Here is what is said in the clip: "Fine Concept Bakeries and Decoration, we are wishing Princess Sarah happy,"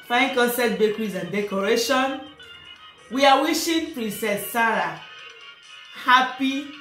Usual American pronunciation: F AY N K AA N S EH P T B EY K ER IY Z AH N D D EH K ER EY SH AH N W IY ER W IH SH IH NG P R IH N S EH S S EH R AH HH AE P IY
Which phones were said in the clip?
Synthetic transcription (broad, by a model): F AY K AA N S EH T B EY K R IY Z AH N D D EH K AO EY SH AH N W IY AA W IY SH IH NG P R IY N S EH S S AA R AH HH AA P IY